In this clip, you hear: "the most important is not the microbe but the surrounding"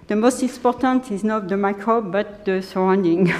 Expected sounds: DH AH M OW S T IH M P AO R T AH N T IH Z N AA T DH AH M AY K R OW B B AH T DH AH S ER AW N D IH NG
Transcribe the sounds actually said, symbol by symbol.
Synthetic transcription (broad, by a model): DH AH M OW S T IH P AO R T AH N T IH Z N AA T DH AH M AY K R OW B B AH T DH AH S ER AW N D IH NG